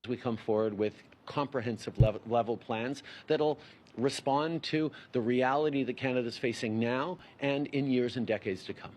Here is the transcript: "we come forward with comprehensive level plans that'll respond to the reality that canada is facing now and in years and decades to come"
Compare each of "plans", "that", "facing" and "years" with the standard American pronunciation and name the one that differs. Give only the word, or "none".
none